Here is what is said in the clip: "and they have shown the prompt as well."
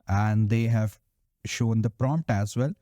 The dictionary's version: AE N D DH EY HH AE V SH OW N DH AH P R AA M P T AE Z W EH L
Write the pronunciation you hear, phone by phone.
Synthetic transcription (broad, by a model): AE N D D EY HH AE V SH OW N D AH P R AA M P T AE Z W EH L